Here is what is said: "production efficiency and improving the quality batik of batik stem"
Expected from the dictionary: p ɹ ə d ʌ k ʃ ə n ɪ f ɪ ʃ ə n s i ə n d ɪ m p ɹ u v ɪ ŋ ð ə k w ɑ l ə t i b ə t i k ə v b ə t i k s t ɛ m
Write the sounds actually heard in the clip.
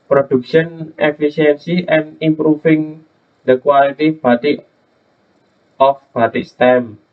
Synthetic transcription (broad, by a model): p ɹ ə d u k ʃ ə n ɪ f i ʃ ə n s i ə n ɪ m p ɹ u f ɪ ŋ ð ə k w ɑ l ə t i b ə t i ə f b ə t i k s t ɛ m